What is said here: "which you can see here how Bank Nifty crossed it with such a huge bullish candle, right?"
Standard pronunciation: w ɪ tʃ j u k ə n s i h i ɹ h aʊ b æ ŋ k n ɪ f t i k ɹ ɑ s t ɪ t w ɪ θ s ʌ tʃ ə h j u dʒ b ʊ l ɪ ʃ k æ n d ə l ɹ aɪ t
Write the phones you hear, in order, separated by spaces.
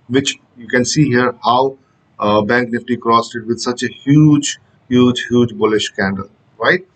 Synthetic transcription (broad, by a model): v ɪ tʃ j u k ə n s i h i ɹ h aʊ b æ ŋ k n ɪ f t i k ɹ ɑ s t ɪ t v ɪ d s ʌ tʃ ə h j u dʒ b ʊ l ɪ ʃ k æ n d ə l ɹ aɪ t